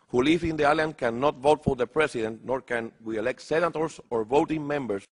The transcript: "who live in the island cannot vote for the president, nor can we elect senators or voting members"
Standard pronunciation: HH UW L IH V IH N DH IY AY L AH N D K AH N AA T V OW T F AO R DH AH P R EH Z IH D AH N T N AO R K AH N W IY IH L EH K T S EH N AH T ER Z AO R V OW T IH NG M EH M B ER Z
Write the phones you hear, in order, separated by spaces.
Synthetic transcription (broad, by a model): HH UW L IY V IH N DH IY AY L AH N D K AH N AA T V OW T F AO R DH AH P R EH S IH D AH N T N AO R K AH N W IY IH L EH K T S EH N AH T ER S AO R V OW T IH NG M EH M B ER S